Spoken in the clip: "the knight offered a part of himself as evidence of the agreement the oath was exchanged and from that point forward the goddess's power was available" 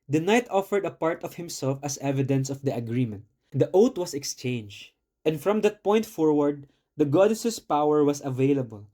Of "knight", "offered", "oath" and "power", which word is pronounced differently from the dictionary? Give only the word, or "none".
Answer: oath